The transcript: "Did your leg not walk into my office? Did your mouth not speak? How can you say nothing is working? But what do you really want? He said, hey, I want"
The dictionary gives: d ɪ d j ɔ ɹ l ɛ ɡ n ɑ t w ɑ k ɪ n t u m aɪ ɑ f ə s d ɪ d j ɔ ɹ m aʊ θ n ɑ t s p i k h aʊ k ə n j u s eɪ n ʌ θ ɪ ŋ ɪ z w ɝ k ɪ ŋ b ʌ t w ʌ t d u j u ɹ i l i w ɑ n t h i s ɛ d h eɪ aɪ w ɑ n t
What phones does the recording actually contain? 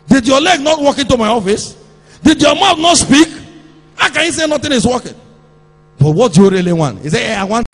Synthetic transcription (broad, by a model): d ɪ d j ɔ l ɛ ɡ n ɑ t w ɑ k ɪ n t u m aɪ ɑ f ə s d ɪ d j ɔ m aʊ t n ɑ t s p i k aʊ k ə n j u s eɪ n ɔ t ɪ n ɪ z w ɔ k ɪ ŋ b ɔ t w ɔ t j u ɹ i l i w ɑ n t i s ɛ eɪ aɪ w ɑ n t